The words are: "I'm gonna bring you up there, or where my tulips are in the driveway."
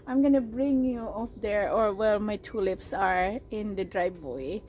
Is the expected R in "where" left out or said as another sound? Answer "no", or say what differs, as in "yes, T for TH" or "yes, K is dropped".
yes, L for R